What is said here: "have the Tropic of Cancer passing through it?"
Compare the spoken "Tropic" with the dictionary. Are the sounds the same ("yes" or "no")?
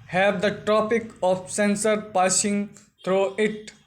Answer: no